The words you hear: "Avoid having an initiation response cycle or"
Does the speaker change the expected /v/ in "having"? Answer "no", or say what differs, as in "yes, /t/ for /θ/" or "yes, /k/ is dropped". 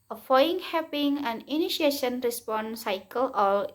yes, /p/ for /v/